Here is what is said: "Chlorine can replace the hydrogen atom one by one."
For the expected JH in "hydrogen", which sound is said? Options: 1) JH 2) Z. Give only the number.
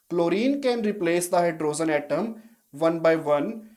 2